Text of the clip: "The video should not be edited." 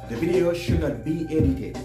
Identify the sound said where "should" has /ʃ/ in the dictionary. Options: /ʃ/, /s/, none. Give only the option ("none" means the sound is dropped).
/ʃ/